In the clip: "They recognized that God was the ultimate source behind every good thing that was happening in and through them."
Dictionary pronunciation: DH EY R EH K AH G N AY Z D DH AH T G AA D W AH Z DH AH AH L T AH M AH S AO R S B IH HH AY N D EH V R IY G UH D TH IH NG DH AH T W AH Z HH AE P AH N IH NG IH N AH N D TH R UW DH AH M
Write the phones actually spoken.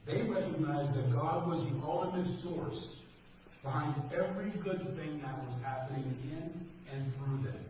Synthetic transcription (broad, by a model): DH EY R EH K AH G N AY Z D DH AH T G AA D W AH Z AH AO L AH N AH S AO R S B IH HH AY N D EH V R IY G UH D TH IH NG DH AH T W AH Z HH AE P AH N IH NG IH N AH N TH R UW DH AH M